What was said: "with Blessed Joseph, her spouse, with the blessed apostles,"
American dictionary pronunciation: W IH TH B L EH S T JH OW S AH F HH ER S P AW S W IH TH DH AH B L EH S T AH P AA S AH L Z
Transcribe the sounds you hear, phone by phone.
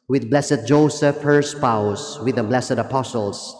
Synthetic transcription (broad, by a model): W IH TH B L EH S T JH OW S AH F HH ER S P AW S W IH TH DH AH B L EH S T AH P AA S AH L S